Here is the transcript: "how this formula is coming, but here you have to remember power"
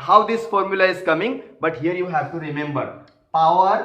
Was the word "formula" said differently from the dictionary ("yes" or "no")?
no